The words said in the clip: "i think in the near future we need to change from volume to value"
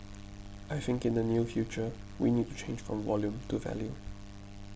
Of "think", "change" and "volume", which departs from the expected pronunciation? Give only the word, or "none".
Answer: none